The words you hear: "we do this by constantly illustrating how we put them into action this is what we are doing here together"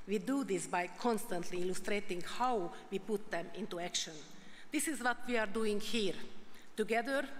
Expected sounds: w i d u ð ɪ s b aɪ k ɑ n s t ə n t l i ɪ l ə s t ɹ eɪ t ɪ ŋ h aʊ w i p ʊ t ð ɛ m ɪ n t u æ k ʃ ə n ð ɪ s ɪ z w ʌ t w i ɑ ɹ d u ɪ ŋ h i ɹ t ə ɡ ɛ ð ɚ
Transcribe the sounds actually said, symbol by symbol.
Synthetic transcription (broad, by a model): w i d u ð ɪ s b aɪ k ɑ n s t ə n t l i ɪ l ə s t ɹ eɪ t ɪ ŋ h aʊ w i p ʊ t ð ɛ m ɪ n t u æ k ʃ ə n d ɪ s ɪ z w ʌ t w i ɑ ɹ d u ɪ ŋ h i ɹ t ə ɡ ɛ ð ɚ